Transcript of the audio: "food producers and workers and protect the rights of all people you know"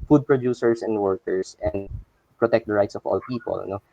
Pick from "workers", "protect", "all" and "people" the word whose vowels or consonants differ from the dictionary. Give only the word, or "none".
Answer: workers